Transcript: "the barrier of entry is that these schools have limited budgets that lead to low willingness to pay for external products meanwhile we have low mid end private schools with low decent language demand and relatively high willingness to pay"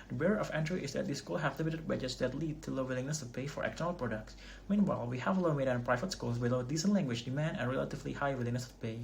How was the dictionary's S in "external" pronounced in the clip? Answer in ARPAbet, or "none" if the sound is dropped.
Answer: none